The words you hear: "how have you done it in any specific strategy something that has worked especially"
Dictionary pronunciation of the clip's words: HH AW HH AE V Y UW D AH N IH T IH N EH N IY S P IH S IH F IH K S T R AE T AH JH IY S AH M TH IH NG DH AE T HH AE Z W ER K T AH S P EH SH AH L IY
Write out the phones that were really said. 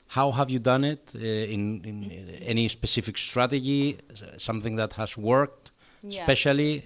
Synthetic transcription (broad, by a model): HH AW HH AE V Y UW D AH N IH T IH N EH N IY S P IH S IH F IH K S T R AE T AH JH IY S AH M TH IH NG DH AE T HH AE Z W ER K T S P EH SH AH L IY